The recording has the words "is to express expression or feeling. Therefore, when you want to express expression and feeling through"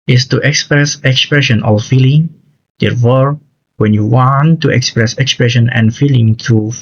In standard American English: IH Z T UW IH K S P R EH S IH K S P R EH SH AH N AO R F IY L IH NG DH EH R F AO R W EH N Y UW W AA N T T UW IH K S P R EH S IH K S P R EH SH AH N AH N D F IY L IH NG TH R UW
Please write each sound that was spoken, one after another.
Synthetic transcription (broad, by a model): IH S T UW IH K S P R EH S IH K S P R EH SH AH N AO L F IY L IH NG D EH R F AO R W EH N Y UW W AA N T T UW IH K S P R EH S IH K S P R EH SH AH N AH N F IY L IH NG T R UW